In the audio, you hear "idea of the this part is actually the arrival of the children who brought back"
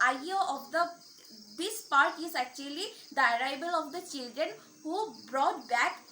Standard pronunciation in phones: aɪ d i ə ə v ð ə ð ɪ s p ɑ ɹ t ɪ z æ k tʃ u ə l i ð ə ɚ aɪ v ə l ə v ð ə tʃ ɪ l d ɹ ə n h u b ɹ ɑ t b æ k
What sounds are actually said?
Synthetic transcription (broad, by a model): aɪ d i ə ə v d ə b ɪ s p ɑ ɹ t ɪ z æ k tʃ u ə l i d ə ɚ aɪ b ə l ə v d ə tʃ ɪ l d ɹ ə n h u b ɹ ɑ t b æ k